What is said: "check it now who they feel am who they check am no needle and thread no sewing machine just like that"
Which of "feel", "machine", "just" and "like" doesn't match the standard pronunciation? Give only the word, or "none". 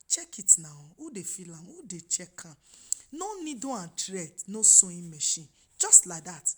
none